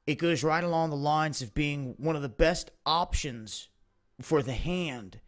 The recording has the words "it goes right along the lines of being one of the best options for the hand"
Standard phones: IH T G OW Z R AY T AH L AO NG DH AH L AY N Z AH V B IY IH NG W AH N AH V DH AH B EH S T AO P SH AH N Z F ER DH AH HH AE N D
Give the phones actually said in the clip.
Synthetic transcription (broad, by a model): IH T G OW Z R AY T AH L AO NG DH AH L AY N Z AH V B IY IH NG W AH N AH V DH AH B EH S T AO P SH AH N Z F ER DH AH HH AE N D